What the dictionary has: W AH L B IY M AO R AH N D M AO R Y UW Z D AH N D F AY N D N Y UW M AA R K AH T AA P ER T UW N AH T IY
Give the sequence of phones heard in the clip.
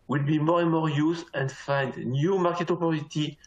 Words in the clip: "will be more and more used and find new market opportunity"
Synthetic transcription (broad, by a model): W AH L B IY M AO R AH N M AO R Y UW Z AH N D F AY N D N Y UW M AA R K AH T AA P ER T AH T IY